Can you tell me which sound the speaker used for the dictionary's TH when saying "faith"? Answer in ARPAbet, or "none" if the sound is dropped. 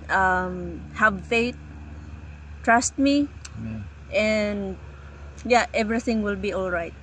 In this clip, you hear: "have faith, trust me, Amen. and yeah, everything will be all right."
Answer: T